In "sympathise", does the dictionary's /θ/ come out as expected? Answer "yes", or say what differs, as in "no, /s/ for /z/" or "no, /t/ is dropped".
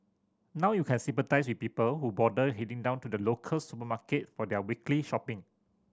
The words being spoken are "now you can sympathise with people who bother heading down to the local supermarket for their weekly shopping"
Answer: no, /t/ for /θ/